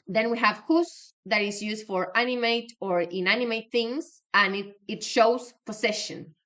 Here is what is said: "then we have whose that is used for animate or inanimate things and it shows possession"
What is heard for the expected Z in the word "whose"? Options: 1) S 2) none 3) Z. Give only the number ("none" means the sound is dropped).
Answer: 1